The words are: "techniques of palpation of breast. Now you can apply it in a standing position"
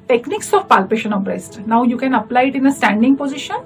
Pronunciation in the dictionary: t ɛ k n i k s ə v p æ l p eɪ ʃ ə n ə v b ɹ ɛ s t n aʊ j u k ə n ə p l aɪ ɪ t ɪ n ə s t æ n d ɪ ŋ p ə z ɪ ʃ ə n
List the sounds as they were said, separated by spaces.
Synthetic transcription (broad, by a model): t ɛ k n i k s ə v p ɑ l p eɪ ʃ ə n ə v b ɹ ɛ s t n aʊ j u k ə n ə p l aɪ ɪ t ɪ n ə s t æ n d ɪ ŋ p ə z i ʃ ə n